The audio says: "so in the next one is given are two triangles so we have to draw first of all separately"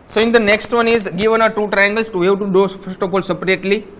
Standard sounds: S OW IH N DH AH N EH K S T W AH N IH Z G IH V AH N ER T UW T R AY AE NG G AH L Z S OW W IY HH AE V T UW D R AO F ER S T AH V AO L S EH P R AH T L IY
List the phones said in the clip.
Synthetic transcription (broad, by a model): S OW IH N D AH N EH K S T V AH N IH Z G IH V AH N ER T UW T R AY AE NG G AH L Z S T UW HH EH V T UW D AO F ER S T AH P AO L S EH P R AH T L IY